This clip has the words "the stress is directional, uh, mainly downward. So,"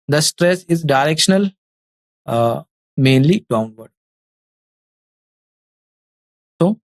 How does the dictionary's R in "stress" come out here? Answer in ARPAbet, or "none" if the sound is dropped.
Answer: R